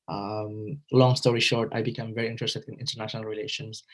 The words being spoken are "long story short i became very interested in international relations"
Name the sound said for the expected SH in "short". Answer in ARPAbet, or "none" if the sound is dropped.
SH